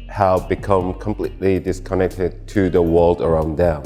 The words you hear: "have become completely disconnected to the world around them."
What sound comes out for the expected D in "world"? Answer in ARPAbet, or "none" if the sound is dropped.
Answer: D